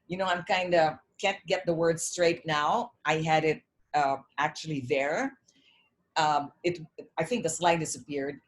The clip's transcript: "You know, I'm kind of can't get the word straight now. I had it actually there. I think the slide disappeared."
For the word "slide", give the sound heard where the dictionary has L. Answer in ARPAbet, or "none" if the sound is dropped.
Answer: L